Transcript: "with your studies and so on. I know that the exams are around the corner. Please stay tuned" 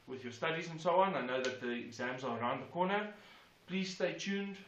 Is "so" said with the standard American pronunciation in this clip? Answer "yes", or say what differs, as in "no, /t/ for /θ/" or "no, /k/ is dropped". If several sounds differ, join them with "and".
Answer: yes